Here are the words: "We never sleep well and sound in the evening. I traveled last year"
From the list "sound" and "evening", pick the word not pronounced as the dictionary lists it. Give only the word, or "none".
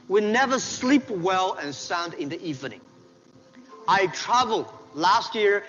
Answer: none